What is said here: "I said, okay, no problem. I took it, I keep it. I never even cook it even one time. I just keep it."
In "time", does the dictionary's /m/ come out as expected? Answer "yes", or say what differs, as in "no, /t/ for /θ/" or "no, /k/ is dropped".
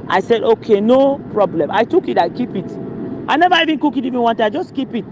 no, /m/ is dropped